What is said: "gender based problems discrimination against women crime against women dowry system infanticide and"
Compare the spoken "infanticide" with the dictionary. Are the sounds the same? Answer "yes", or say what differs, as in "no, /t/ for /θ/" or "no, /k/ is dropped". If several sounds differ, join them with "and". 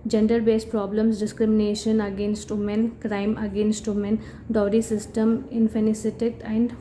no, /s/ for /t/